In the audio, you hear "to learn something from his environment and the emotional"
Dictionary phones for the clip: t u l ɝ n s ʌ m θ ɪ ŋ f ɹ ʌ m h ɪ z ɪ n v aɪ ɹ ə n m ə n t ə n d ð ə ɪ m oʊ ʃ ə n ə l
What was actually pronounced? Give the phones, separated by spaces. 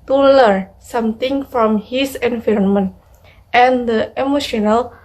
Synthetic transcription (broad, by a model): t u l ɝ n s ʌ m t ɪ ŋ f ɹ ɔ m h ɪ s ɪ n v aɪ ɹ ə n m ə n t ə n d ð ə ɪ m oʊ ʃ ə n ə l